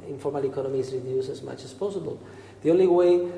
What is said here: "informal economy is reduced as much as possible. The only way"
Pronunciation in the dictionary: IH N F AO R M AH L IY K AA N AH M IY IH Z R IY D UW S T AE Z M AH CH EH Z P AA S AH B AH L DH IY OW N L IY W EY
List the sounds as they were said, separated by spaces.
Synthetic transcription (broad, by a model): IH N F AO R M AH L IY K AA N AH M IY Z R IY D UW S AE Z M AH CH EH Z P AA S AH B AH L DH IY OW N L IY W EY